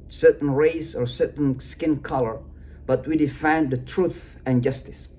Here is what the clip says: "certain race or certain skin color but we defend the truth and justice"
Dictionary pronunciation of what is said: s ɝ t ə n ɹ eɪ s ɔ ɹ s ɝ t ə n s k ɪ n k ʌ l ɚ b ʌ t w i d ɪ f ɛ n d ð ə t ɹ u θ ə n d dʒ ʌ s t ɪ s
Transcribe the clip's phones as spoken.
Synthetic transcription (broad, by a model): s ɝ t n ɹ eɪ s ɔ ɹ s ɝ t n s k ɪ n k ʌ l ɚ b ʌ t w i d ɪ f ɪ n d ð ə t ɹ u θ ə n dʒ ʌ s t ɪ s